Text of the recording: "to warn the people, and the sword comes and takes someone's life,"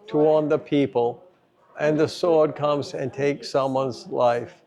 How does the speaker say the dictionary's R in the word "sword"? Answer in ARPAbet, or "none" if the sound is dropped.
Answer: R